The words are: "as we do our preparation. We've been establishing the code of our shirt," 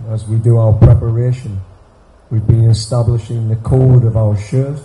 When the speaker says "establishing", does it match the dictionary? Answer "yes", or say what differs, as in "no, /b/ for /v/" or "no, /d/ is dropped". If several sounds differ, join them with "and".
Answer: yes